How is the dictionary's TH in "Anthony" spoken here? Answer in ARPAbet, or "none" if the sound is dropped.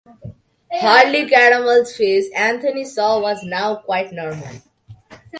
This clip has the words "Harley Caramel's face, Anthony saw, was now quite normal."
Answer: T